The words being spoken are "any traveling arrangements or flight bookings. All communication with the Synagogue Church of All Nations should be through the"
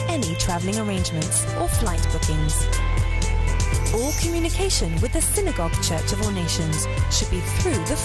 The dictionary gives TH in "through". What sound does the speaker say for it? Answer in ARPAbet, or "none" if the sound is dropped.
TH